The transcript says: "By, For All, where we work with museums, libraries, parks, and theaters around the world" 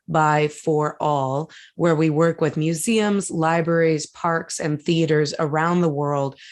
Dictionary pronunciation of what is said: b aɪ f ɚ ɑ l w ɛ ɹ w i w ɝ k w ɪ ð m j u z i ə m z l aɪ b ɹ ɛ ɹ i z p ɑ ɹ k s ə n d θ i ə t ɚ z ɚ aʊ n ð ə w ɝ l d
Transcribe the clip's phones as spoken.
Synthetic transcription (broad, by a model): b aɪ f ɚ ɑ l w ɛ ɹ w i w ɝ k w ɪ ð m j u z i ə m z l aɪ b ɹ ɛ ɹ i z p ɑ ɹ k s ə n θ i ə t ɚ z ɚ aʊ n ð ə w ɝ l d